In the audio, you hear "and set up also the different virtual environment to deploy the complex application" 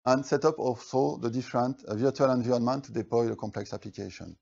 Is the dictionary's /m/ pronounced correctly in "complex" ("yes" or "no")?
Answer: yes